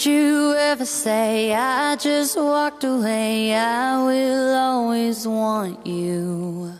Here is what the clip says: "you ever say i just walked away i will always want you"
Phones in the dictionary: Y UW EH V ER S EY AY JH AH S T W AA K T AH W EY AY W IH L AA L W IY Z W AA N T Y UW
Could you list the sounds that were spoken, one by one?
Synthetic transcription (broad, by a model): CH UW EH V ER S EY AY JH AH S T W AA K T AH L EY AY W IH L AA L W IY Z W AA N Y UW